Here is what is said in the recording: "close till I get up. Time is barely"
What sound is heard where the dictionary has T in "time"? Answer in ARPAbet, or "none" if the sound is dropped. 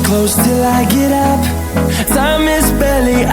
S